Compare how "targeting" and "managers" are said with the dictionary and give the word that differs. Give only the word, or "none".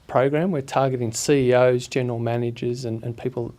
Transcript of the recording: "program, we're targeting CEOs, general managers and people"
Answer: none